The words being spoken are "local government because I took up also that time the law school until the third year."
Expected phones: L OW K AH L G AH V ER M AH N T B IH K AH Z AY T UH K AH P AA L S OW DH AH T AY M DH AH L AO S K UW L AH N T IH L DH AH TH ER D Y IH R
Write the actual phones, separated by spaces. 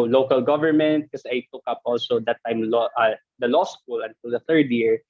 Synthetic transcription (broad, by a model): L OW K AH L G AH V ER M AH N T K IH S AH AY T UH K AH P AA L S OW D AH T AY M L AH L AO S K UW L AH N T IH L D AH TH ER D Y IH R